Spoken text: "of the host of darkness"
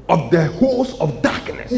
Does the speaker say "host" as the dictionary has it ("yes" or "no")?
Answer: no